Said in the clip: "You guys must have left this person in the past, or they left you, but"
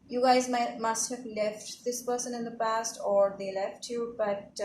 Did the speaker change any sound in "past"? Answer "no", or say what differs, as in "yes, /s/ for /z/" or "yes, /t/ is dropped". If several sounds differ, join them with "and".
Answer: no